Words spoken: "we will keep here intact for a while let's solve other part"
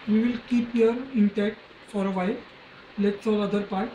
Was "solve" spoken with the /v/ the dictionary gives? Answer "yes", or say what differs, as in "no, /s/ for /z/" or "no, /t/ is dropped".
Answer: no, /v/ is dropped